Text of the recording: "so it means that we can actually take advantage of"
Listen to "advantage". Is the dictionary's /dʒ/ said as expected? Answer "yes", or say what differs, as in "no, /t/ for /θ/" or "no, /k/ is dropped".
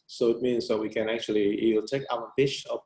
no, /tʃ/ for /dʒ/